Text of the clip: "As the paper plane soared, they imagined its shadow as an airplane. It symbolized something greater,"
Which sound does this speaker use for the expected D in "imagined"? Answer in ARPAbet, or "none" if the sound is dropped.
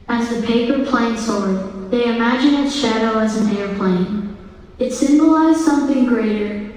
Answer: none